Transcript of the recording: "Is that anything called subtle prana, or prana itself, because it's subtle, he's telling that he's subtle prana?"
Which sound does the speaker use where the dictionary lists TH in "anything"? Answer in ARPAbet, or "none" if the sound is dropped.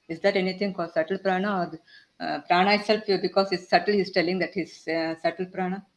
T